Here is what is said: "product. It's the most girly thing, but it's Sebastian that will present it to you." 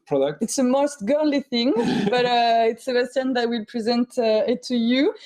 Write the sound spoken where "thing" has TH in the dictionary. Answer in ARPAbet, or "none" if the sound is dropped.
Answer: TH